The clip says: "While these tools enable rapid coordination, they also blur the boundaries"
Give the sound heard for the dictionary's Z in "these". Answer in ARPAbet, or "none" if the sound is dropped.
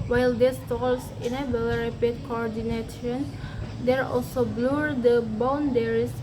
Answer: S